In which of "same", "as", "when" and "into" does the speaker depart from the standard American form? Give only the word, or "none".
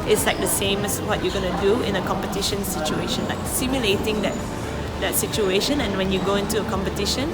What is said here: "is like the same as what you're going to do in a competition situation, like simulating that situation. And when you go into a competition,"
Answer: as